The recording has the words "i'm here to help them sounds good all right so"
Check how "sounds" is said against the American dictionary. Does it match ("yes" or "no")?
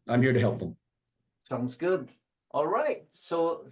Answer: yes